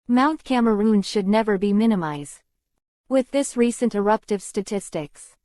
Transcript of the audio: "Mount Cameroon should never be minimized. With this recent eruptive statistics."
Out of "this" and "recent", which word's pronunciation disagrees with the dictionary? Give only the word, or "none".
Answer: none